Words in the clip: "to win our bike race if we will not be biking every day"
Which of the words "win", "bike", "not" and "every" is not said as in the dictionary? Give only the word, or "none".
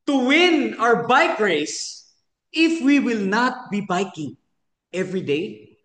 none